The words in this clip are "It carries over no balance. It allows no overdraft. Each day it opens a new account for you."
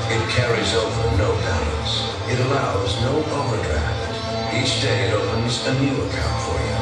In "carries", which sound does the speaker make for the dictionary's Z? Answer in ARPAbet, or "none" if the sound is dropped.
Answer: Z